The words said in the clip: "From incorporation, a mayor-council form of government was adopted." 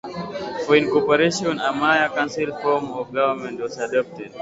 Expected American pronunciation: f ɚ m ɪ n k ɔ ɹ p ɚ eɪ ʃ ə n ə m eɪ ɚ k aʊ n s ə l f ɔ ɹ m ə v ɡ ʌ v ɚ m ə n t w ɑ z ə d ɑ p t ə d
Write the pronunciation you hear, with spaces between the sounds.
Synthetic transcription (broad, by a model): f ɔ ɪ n k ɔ p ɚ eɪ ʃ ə n ə m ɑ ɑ k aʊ n s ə l f ɔ ɹ m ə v ɡ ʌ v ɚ m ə n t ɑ s ə d ɑ p t ə d